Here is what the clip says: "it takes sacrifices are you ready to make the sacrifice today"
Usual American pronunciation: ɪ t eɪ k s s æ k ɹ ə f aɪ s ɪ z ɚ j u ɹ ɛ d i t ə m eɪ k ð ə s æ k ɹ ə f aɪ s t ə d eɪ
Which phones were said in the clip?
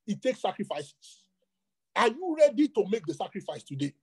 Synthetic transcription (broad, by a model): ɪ t eɪ k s s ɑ k ɹ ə f aɪ s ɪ s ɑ j u ɹ ɛ d i t ə m eɪ k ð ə s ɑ k ɹ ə f aɪ s t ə d eɪ